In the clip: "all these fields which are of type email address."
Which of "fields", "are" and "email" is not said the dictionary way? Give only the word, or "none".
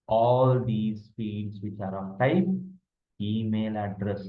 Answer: fields